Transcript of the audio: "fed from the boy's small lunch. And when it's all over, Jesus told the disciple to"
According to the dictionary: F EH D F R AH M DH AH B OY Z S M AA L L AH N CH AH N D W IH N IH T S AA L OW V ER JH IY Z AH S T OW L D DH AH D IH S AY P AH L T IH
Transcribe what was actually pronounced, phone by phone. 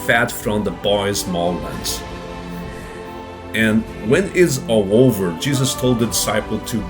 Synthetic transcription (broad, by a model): F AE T F R AH M DH AH B OY Z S M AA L W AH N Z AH N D W IH N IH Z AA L OW V ER JH IY Z AH S T OW L D DH AH D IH S AY P L T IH